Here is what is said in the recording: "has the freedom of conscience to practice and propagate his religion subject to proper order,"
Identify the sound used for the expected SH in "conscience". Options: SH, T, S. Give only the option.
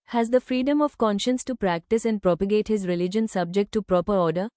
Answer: SH